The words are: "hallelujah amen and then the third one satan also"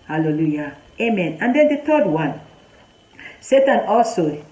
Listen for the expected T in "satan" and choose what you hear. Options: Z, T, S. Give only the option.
T